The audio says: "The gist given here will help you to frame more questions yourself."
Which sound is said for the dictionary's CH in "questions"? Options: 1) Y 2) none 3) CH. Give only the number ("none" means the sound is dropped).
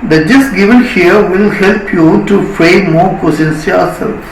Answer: 2